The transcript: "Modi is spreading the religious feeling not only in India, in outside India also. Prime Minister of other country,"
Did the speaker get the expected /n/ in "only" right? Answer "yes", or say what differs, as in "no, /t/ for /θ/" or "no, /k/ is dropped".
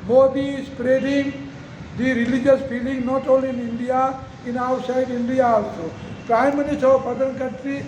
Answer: no, /n/ is dropped